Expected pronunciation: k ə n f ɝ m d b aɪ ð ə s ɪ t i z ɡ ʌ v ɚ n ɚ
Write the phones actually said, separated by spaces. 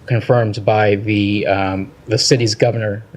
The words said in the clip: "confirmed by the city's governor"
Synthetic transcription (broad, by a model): k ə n f ɝ m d b aɪ ð ə s ɪ t i z ɡ ʌ v ɚ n ɚ